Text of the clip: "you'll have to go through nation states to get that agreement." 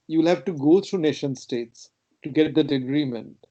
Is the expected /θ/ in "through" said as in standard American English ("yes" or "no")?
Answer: no